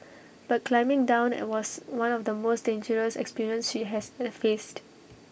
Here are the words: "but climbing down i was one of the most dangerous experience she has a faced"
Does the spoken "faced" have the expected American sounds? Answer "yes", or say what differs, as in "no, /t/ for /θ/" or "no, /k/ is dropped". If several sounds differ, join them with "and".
yes